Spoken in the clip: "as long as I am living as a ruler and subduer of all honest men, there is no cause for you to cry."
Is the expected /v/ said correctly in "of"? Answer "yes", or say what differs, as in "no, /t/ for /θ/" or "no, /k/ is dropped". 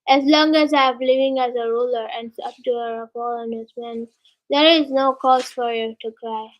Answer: no, /p/ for /v/